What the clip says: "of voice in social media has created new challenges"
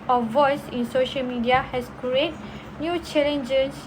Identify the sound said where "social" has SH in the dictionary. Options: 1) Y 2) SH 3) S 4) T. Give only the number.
2